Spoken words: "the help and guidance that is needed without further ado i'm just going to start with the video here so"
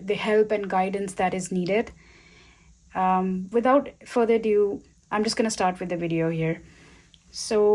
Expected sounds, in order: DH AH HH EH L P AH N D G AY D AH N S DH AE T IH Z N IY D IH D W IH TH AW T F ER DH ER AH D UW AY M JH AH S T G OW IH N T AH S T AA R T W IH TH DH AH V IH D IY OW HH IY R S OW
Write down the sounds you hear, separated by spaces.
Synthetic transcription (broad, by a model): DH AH HH EH L P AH N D G AY D AH N S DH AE T IH Z N IY D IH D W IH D AW T F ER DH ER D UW AY M JH AH S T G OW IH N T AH S T AA R T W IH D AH V IH D IY OW HH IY R S OW